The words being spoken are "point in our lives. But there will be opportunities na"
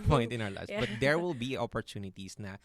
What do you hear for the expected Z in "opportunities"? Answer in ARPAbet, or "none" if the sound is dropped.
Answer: S